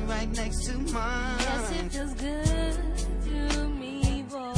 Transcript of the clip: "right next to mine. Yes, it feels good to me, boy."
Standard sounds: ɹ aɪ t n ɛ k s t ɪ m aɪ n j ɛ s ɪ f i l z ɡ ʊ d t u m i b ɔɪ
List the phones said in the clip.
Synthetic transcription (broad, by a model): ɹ aɪ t n ɛ k s t ɪ m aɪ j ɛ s ɪ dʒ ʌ z ɡ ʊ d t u m i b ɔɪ